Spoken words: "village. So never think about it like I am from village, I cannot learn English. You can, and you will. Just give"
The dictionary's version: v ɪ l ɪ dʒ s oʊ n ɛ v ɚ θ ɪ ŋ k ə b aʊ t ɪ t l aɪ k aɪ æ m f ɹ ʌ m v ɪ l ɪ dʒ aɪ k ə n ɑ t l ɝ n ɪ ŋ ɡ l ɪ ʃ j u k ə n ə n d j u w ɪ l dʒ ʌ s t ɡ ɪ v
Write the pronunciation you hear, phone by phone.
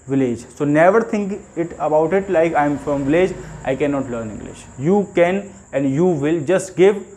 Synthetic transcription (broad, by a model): v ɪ l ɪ dʒ s oʊ n ɛ v ɚ t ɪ ŋ k ə b aʊ t ɪ t l aɪ k aɪ m f ɹ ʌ m v ɪ l ɪ dʒ aɪ k ə n ɑ t l ɝ n ɪ ŋ ɡ l ɪ ʃ j u k ə n ə n d j u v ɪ l dʒ ʌ s t ɡ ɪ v